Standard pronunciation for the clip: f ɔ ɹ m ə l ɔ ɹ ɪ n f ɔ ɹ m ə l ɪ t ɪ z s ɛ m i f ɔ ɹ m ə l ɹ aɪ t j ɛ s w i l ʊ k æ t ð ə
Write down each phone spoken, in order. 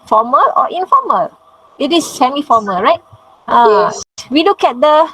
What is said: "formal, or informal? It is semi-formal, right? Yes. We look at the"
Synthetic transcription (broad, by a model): f ɔ m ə l ɔ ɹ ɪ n f ɔ m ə l ɪ t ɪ s ɛ m i f ɔ m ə l ɹ aɪ t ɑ w i l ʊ k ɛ t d ə